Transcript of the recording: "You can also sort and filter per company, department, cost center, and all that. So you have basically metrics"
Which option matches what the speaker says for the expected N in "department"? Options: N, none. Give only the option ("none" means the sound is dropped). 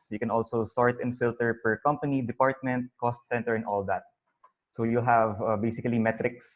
N